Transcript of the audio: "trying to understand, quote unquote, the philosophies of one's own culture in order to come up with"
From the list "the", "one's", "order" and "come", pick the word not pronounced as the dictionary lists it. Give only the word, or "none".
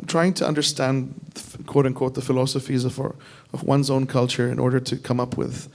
none